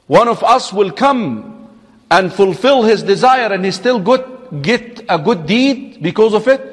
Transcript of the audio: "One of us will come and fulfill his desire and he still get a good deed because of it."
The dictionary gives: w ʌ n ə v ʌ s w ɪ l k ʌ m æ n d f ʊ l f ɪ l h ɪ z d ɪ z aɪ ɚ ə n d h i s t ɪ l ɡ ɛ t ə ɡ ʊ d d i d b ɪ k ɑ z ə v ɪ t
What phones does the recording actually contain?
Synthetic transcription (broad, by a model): w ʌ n ə v ʌ s w ɪ l k ʌ m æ n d f ʊ l f ɪ l h ɪ z d ɪ z aɪ ɚ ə n h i s t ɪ l ɡ ɛ t ə ɡ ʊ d d i d b ɪ k ɑ z ə v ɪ t